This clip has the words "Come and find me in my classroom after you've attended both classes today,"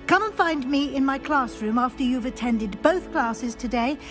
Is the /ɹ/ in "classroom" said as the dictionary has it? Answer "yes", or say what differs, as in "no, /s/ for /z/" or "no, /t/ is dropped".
yes